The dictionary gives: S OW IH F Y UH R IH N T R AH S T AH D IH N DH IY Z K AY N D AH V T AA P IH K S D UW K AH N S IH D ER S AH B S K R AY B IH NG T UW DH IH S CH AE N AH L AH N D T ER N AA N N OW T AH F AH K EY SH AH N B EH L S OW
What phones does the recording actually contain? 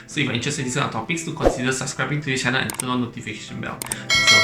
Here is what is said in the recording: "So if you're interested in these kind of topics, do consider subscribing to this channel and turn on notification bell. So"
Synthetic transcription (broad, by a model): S OW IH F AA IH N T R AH S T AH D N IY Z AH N AH T AA P IH K S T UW K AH N S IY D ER S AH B S K R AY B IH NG T UW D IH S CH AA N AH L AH N T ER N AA L N OW T AH F AH K EY SH AH N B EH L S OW